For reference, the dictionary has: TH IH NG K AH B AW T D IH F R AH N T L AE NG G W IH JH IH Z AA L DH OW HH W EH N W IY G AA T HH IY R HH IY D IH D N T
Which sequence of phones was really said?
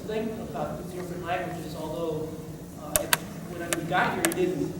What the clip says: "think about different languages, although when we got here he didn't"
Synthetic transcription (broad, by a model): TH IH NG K AH B AW T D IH F R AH N T L AE NG G W IH JH IH Z AA L DH OW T W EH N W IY G AA T HH IY R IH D IH D N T